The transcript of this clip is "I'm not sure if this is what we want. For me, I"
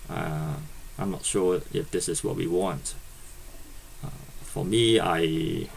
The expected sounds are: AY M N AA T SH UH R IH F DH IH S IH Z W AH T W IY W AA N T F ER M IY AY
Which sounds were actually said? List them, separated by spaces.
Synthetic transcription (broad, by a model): AY M N AA T SH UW IH F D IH S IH S W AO T W IY W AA N T F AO M IY AY